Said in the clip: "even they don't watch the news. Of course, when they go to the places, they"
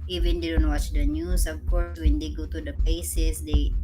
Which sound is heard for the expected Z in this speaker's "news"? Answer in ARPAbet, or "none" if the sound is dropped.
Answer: S